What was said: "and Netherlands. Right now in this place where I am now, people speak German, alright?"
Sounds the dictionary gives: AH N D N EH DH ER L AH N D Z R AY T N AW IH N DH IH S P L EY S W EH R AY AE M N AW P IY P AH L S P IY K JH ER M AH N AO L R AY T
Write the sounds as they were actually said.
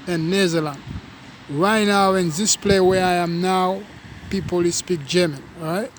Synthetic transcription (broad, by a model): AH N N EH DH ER L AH N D R AY T N AW IH N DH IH S P L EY W EH R AY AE M N AW P IY P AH L S P IY K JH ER M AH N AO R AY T